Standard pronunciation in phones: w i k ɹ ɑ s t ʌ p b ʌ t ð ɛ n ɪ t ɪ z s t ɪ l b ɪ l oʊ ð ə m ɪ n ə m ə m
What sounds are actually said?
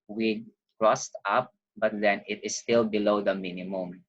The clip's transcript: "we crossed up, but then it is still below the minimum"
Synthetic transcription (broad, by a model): w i k ɹ ɑ s t ʌ p b ʌ t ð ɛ n ɪ t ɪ s t ɪ l b ɪ l oʊ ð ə m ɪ n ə m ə m